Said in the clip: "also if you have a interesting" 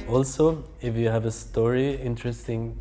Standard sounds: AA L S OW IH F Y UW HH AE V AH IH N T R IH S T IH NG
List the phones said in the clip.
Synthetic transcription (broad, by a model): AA L S OW IH F Y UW HH AE V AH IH N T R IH S T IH NG